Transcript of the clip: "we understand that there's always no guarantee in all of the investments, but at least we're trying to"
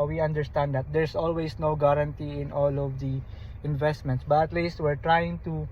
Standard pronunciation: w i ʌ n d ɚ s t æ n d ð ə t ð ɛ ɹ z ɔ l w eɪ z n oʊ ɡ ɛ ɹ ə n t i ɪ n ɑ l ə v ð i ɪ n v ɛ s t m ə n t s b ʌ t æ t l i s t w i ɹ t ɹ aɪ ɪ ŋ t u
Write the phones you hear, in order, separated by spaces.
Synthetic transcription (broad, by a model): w i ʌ n d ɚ s t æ n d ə t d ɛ ɹ s ɔ l w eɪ s n oʊ ɡ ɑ ɹ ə n t i ɪ n ɑ l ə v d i ɪ n v ɛ s t m ə n t s b ʌ t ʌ t l i s t w i ɹ t ɹ aɪ ɪ ŋ t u